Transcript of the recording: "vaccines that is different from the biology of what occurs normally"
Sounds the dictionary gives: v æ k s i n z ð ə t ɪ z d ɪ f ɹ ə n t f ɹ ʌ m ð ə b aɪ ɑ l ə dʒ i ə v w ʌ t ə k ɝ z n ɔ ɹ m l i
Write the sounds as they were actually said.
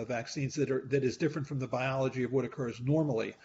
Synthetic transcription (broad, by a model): v æ k s i n z ð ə t ɪ z d ɪ f ɹ ə n t f ɹ ʌ m ð ə b aɪ ɑ l ə dʒ i ə v w ʌ t ə k ɝ z n ɔ ɹ m l i